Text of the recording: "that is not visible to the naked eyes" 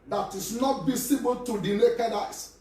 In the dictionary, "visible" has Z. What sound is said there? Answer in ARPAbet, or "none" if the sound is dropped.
S